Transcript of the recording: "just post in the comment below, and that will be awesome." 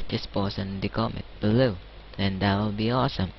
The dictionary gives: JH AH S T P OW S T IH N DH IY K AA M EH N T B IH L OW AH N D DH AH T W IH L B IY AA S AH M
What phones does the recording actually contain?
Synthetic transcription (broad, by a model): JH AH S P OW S IH N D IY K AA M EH T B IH L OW AH N D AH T W IH L B IY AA S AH M